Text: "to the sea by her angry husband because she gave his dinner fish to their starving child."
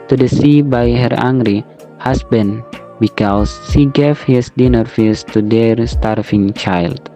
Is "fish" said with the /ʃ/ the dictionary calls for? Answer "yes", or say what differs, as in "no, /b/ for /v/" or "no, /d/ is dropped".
no, /s/ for /ʃ/